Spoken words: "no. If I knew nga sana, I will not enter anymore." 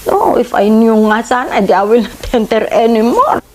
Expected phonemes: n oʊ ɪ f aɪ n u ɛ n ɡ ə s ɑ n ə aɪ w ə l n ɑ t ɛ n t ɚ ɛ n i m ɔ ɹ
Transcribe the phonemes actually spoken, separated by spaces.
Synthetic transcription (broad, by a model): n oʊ ɪ f aɪ n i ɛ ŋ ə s ɑ n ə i w ə l n ɑ t ɛ n t ɚ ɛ n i m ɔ ɹ